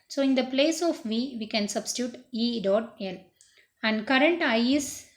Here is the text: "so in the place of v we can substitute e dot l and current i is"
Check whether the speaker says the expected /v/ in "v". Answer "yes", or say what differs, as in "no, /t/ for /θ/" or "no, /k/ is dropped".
yes